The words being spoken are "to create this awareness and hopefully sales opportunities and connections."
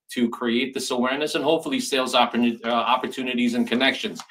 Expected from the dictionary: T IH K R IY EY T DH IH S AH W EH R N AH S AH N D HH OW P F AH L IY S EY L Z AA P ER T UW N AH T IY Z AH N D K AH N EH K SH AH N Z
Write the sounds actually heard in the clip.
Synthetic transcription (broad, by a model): T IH K R IY EY T DH IH S AH W EH R N AH S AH N HH OW P F L IY S EY L Z AA P ER T UW N AH T IY Z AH N K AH N EH K SH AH N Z